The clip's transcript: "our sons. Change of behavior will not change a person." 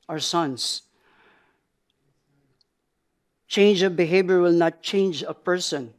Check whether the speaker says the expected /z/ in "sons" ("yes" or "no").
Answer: no